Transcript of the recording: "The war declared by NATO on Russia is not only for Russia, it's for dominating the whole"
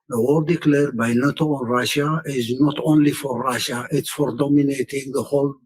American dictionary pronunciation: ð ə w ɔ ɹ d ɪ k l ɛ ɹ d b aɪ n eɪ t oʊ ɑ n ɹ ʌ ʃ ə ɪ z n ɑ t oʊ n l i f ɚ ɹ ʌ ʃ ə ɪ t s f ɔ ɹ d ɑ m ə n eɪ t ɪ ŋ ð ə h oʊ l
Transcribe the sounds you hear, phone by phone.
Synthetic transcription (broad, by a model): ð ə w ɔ l d ɪ k l ɛ ɹ d b aɪ n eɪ t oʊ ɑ n ɹ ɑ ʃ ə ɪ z n ɑ t oʊ n l i f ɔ ɹ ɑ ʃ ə ɪ t s f ɔ ɹ d ɑ m ə n eɪ t ɪ ŋ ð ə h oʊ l